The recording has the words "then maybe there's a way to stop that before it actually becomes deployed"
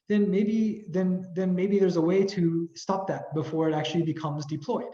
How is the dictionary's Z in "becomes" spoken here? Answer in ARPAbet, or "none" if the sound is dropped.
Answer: Z